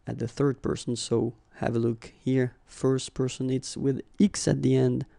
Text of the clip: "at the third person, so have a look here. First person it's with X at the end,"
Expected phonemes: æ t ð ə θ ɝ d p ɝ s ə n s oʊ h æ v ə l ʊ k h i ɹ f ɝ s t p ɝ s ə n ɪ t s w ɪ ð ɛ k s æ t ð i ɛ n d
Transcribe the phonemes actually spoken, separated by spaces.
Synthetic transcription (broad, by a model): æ t ð ə θ ɝ d p ɝ s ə n s oʊ h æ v ə l ʊ k h i ɹ f ɝ s t p ɝ s ə n ɪ t s w ɪ ð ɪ k s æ t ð i ɛ n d